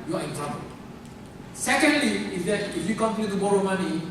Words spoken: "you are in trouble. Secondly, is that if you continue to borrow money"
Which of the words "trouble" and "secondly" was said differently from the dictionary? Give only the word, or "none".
trouble